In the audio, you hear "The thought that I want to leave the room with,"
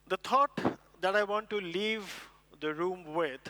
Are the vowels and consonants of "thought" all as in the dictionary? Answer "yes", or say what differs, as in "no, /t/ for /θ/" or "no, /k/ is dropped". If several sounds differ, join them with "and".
no, /t/ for /θ/